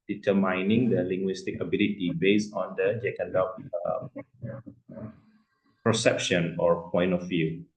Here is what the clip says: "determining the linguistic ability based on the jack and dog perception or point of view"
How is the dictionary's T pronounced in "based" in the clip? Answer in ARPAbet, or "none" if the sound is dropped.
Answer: none